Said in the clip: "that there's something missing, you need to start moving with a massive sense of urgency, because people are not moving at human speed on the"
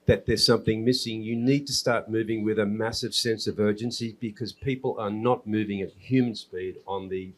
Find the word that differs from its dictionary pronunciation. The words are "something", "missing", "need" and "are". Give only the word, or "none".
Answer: none